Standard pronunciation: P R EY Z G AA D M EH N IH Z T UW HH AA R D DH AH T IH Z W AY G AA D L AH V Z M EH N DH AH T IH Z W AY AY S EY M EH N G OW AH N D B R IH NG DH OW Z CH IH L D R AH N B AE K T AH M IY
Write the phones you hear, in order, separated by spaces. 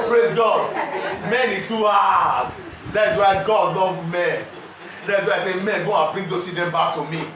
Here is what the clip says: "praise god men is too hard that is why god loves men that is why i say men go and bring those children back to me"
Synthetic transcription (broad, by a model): P R EY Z G AA D M EH N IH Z T UW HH AA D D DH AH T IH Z W AY G AA D L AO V M EH N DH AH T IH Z W AY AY S EY M EH N G OW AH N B R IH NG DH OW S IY D AH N B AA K T AH M IY